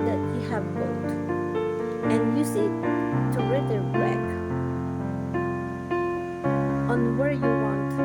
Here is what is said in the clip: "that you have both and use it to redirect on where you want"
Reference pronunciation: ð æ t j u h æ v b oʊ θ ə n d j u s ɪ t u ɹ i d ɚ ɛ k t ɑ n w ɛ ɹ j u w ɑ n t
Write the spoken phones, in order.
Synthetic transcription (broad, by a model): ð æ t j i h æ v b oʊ t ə n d j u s ɪ t u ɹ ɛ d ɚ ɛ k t ɑ n w ɛ ɹ j u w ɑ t